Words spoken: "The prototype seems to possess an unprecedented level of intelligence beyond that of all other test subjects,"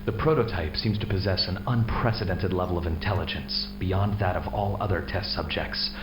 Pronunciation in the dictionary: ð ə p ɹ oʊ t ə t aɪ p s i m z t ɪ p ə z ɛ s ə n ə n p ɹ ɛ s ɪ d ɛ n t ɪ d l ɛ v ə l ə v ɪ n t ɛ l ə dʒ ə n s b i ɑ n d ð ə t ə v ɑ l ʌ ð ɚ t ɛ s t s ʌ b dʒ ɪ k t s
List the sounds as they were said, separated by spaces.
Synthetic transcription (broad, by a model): ð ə p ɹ oʊ t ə t aɪ p s i m z t ɪ p ə z ɛ s ə n ə n p ɹ ɛ s ɪ d ɛ n t ɪ d l ɛ v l ə v ɪ n t ɛ l ə dʒ ə n s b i ɑ n ð ə t ə v ɑ l ʌ ð ɚ t ɛ s t s ʌ b dʒ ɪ k t s